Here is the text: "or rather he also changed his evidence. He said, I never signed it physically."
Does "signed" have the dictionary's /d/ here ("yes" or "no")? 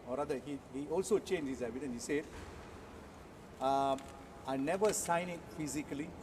no